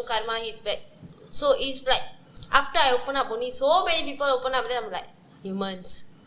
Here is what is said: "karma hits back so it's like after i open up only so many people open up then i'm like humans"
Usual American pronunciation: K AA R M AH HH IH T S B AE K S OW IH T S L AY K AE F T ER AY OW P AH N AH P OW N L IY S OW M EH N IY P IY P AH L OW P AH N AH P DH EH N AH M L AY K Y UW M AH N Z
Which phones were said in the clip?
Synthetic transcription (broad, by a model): K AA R M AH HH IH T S B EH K S OW IH T S L AY K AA F T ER AY OW P AH N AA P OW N IY S OW M EH N IY P IY P AH L OW P AH N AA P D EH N AH M L AY K Y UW M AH N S